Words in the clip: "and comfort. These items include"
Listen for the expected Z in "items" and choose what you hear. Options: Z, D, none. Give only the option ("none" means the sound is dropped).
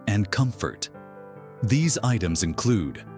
Z